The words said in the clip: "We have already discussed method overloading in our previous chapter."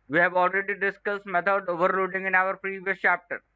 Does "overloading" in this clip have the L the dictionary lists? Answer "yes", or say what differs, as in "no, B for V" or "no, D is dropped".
no, L is dropped